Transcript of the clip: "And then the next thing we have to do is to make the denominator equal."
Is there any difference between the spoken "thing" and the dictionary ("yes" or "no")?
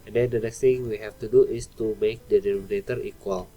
yes